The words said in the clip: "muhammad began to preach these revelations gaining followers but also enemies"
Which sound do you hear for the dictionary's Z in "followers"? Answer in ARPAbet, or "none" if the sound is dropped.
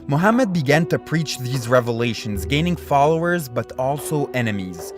Z